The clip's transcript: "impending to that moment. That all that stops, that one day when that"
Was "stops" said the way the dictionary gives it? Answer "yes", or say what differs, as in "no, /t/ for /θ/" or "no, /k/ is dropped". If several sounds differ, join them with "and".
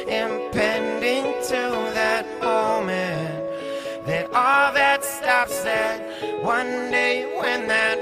no, /f/ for /p/